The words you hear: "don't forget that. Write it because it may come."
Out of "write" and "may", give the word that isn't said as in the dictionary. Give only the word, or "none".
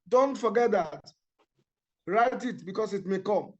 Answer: none